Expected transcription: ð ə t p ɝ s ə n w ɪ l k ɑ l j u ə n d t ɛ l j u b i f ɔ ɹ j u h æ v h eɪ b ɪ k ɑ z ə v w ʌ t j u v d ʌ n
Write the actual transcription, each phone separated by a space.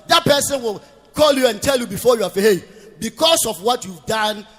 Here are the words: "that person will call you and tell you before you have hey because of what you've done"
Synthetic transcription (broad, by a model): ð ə t p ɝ s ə n w ɪ l k ɑ l j u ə n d t ɛ l j u b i f ɔ j u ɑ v h eɪ b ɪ k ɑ s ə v w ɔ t j u v d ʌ n